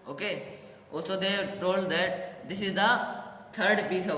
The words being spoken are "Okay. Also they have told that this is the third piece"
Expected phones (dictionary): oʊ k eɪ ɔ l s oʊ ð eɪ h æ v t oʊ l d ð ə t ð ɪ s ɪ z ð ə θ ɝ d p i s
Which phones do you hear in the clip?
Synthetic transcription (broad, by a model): oʊ k eɪ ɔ s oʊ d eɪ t t oʊ l d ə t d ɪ s ɪ z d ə t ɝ d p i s